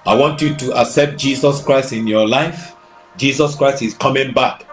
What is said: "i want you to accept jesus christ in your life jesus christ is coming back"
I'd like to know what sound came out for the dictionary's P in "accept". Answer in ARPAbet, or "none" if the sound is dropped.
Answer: P